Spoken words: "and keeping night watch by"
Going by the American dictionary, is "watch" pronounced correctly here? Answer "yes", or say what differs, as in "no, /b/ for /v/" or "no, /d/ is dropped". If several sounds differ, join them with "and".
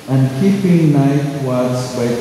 no, /s/ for /tʃ/